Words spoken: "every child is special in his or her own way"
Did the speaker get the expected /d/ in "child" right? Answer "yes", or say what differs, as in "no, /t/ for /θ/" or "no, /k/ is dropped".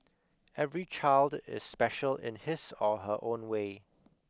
yes